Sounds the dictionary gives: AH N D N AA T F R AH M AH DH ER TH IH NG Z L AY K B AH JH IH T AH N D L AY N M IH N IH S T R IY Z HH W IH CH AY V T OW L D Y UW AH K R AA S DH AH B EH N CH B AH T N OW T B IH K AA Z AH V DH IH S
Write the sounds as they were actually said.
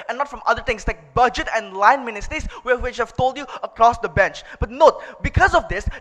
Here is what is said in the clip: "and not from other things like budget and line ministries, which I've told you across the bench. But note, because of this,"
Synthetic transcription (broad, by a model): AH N N AA T F R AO M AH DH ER T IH NG S L AY K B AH JH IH T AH N L AY N M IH N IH S T R IY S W W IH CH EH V T OW L D Y UW AH K R AA S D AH B EH N CH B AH T N OW T B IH K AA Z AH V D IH S